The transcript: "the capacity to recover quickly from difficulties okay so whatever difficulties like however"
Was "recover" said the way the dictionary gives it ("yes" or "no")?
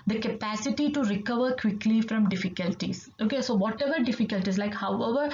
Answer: yes